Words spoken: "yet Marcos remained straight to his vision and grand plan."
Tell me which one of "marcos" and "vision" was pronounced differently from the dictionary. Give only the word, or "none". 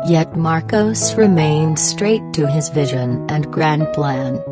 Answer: none